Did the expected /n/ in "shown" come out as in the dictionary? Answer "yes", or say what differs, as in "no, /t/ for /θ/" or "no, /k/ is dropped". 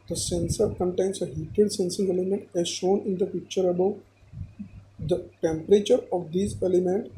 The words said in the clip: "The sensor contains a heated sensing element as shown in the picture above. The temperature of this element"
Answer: yes